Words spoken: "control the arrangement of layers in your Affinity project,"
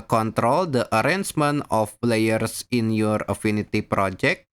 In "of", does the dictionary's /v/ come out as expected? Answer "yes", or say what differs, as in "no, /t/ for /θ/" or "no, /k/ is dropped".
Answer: no, /p/ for /v/